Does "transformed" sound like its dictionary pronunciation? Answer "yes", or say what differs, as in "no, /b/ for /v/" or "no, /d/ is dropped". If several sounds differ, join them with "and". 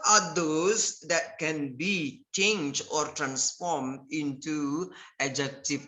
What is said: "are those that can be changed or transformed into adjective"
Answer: yes